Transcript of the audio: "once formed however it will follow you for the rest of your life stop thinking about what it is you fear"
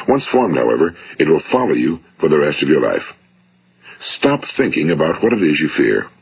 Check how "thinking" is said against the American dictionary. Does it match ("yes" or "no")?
yes